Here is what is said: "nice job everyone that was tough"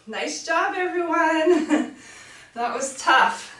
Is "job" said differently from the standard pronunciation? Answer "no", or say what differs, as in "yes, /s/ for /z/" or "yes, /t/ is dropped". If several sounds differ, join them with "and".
no